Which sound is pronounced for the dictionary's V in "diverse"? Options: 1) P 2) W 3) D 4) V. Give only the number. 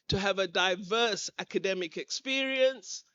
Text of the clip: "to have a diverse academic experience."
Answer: 4